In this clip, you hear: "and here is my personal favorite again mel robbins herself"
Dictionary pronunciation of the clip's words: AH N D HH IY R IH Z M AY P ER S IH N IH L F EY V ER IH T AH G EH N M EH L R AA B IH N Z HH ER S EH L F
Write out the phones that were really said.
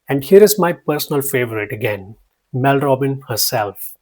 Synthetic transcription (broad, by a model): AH N D HH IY R IH Z M AY P ER S IH N IH L F EY V ER IH T AH G EH N M EH L R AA B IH N HH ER S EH L F